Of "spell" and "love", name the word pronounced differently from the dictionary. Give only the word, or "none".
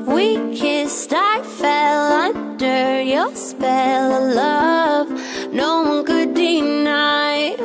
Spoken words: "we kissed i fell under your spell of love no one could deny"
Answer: none